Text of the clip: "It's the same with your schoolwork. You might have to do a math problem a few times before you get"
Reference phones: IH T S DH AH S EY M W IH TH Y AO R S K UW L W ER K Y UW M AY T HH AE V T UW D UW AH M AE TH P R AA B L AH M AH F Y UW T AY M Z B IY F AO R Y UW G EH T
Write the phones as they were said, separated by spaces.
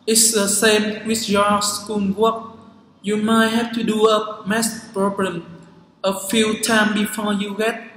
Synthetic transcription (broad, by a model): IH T S DH AH S EY M W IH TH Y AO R S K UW N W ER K Y UW M AY T HH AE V T UW D UW AH M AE S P R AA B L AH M AH F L T AY M B IY F AO R Y UW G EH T